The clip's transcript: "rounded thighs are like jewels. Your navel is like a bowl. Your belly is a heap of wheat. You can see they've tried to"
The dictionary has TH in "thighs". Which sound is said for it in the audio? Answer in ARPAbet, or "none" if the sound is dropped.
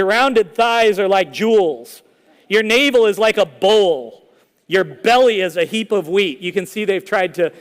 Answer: TH